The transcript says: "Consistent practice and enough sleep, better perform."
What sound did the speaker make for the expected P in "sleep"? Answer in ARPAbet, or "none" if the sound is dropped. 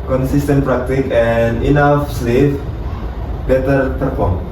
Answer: F